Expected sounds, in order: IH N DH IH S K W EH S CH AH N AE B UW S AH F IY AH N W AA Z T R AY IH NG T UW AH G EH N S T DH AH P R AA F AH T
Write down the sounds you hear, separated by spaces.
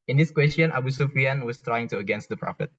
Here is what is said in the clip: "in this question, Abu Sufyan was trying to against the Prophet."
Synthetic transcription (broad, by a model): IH N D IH S K W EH S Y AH N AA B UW S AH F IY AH N W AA S T R AY IH NG T UW AH G EH N S T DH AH P R AA F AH T